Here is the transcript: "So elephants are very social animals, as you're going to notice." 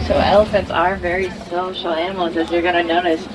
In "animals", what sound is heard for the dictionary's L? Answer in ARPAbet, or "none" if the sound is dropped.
none